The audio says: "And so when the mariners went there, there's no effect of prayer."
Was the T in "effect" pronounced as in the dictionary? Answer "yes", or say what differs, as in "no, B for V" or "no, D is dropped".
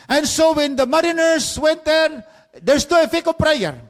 no, T is dropped